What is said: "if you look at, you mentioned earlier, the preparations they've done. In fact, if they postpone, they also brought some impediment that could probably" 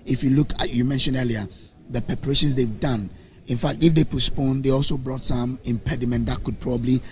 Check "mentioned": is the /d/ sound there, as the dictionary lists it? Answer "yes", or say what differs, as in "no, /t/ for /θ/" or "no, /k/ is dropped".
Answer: no, /d/ is dropped